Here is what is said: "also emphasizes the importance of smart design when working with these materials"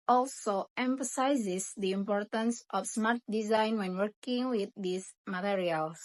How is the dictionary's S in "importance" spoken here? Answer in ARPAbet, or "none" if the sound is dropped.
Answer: S